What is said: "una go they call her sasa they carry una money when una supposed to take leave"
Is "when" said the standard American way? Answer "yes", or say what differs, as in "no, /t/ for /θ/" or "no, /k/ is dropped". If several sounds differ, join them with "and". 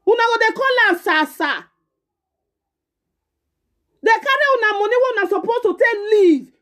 no, /n/ is dropped